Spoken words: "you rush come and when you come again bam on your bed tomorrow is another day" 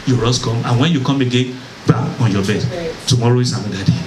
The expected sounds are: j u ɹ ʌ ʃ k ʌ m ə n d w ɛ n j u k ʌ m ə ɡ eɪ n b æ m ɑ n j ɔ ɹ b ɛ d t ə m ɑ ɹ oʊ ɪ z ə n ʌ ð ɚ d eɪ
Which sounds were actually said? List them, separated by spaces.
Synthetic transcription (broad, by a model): j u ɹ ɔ s k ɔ m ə n w ɛ n j u k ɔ m ə ɡ eɪ n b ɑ ɑ n j ɔ b ɛ d t ə m ɑ ɹ oʊ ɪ s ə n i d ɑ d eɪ